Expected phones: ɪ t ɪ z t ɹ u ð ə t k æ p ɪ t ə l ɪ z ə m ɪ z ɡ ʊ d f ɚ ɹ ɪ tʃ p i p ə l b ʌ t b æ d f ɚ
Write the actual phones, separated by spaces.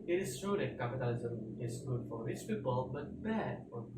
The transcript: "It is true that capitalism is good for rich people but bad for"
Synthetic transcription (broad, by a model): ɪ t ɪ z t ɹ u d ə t k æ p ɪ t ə l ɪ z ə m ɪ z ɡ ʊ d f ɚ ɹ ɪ s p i b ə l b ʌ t b æ d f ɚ